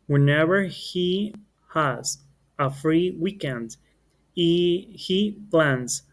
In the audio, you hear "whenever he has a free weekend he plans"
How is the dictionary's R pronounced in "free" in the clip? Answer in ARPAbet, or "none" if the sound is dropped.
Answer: R